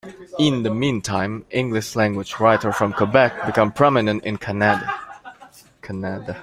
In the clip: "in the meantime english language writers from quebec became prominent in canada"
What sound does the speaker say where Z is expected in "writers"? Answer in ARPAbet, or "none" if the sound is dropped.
none